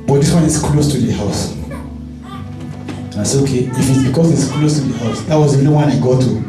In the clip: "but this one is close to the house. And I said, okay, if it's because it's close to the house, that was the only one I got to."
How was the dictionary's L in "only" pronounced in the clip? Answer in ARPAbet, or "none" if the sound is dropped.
none